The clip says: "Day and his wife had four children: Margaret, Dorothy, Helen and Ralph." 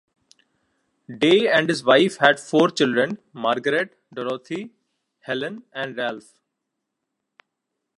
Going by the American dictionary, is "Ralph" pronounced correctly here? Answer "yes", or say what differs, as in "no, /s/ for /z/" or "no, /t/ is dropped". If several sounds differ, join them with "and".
yes